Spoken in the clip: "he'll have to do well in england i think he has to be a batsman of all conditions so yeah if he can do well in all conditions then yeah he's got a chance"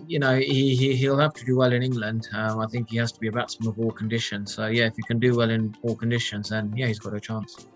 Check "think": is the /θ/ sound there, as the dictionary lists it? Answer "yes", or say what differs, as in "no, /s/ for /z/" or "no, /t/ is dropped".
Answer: yes